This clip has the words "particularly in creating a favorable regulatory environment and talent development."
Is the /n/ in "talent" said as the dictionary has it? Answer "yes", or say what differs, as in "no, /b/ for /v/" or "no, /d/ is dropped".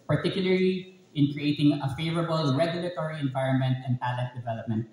no, /n/ is dropped